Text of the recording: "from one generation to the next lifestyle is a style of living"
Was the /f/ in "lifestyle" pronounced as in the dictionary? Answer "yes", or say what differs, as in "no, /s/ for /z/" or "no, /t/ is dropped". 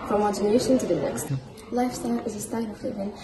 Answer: yes